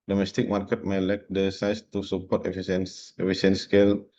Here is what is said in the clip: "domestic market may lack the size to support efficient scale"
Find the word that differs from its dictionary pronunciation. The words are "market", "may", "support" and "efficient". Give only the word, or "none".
efficient